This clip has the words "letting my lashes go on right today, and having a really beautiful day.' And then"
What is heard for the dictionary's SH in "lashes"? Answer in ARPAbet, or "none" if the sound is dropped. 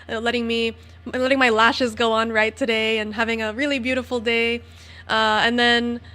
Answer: SH